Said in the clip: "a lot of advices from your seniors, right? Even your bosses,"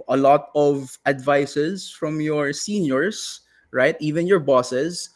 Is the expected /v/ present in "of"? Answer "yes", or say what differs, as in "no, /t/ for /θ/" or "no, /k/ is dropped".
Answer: yes